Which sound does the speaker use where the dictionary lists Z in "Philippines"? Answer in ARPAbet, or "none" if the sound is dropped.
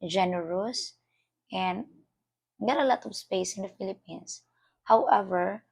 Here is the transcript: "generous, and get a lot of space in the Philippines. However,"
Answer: S